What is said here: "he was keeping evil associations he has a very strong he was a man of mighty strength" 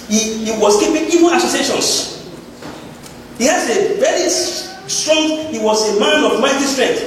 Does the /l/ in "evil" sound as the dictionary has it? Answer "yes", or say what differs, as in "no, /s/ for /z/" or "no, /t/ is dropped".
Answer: no, /n/ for /l/